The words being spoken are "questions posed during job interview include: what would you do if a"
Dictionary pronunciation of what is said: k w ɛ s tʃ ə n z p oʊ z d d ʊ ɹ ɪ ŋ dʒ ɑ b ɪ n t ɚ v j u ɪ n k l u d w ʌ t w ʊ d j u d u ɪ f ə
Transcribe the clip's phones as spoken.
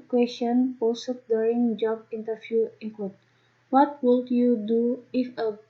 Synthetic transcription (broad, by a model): k w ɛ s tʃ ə n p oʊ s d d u ɹ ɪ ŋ dʒ ɑ b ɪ n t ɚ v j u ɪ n k w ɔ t w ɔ t w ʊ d j u d u ɪ f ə